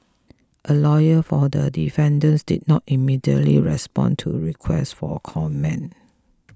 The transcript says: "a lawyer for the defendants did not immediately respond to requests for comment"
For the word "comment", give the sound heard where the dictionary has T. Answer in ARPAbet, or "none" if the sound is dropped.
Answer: none